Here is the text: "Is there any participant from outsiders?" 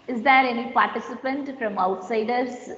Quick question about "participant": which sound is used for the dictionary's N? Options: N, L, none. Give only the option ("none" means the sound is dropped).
N